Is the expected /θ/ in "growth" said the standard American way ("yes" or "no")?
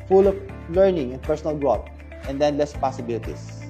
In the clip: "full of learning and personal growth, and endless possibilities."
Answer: no